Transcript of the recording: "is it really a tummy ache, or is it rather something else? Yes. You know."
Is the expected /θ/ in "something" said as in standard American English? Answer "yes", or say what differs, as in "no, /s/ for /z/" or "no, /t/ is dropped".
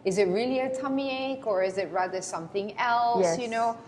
yes